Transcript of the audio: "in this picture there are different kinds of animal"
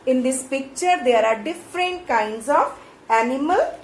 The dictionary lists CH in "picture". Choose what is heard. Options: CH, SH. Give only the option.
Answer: CH